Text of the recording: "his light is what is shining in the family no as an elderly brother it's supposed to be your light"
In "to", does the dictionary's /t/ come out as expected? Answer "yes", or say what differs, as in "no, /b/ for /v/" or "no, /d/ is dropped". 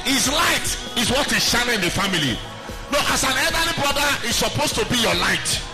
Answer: yes